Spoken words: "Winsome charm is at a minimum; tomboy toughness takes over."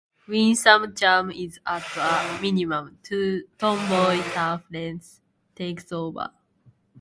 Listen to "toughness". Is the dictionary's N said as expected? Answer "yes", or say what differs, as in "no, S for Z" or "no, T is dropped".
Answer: no, L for N